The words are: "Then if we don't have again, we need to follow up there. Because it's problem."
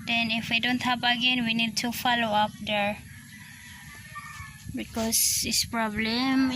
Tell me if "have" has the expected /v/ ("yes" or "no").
no